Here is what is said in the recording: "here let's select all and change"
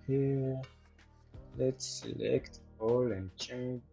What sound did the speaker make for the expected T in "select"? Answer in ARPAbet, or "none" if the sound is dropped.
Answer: T